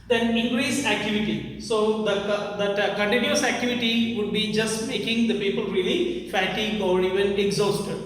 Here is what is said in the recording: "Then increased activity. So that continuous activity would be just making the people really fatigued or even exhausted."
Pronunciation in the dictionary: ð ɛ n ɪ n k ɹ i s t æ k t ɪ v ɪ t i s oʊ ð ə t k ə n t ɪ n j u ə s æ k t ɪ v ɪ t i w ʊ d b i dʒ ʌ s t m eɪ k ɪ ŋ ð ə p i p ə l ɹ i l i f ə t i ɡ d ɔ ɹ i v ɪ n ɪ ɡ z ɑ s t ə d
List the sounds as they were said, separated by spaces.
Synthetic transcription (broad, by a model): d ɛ n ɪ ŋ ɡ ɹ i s æ k t ɪ v ɪ t i s oʊ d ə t k ə n t ɪ n j u ə s æ k t ɪ v ɪ t i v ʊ d b i dʒ ʌ s t m eɪ k ɪ ŋ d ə p i p ə l ɹ i l i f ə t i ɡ ɔ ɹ i v ɪ n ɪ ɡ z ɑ s t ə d